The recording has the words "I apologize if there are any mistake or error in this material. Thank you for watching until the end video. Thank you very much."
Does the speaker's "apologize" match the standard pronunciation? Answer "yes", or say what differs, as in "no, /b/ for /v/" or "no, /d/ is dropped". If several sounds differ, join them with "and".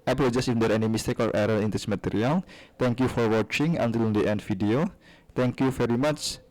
no, /l/ is dropped and /s/ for /z/